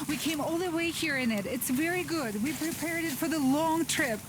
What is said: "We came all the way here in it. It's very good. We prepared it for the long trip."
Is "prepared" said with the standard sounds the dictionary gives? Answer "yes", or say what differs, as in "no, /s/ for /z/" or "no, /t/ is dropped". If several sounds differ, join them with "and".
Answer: yes